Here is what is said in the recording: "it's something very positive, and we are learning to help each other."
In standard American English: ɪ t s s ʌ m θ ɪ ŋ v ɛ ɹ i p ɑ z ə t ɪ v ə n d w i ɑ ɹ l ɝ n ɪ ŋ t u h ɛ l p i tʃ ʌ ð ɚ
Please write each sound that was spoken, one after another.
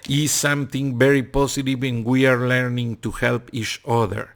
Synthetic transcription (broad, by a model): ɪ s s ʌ m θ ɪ ŋ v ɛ ɹ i p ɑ s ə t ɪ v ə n w i ɑ ɹ l ɝ n ɪ ŋ t u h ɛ l p i tʃ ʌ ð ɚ